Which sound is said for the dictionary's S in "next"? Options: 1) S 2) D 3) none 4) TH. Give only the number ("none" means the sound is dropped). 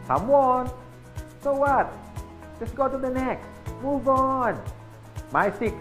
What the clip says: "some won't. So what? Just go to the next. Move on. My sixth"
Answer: 3